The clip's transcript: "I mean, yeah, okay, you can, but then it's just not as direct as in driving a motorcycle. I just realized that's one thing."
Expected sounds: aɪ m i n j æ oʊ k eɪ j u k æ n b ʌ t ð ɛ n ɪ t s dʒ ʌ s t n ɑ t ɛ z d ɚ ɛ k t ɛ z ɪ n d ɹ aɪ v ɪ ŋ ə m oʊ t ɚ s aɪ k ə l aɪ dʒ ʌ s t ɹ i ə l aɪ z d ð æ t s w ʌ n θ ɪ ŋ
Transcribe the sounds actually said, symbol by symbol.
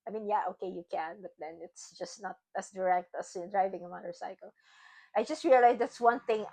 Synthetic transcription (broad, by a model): aɪ m i n j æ oʊ k eɪ j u k æ n b ʌ t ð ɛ n ɪ t s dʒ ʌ s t n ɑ t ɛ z d ɚ ɛ k t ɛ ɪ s d ɹ aɪ v ɪ ŋ ə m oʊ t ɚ s aɪ k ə l aɪ dʒ ʌ s t ɹ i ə l aɪ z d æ t s w ʌ n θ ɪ ŋ